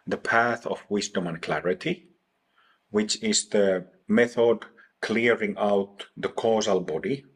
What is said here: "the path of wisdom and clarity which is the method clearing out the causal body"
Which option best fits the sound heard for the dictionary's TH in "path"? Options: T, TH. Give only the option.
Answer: TH